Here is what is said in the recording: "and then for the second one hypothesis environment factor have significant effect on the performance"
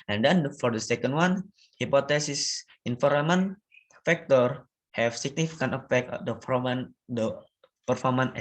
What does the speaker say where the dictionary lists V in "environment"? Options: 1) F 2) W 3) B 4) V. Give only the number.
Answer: 1